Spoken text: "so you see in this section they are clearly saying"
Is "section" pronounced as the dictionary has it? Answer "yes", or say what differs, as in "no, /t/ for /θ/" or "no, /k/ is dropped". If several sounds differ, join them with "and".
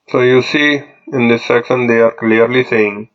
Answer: no, /s/ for /ʃ/